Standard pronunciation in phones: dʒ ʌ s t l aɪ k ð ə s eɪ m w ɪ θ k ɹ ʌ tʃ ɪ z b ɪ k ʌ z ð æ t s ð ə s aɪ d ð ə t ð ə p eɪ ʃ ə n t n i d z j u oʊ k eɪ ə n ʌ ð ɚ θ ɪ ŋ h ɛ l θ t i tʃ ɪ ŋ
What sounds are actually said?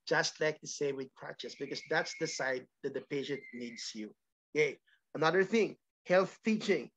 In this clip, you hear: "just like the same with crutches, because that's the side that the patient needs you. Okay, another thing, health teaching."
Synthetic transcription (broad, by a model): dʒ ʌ s t l aɪ k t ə s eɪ w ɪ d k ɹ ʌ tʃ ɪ s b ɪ k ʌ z ð æ t s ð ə s aɪ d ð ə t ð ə p eɪ ʃ ə n t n i d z j u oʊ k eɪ ə n ʌ ð ɚ θ ɪ ŋ h ɛ l θ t i tʃ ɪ ŋ